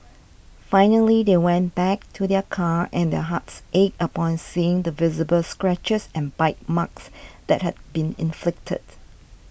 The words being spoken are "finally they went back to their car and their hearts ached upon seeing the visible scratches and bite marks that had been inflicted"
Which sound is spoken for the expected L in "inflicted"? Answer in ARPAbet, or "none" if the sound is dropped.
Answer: L